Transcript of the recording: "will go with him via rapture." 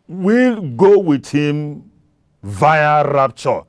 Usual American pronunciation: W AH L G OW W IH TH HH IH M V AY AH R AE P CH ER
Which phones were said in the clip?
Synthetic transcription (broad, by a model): W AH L G OW W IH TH HH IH M V AY AH R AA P CH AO